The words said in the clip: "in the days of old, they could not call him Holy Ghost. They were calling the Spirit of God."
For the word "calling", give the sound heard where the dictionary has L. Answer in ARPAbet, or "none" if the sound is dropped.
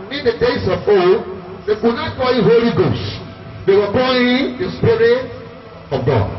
none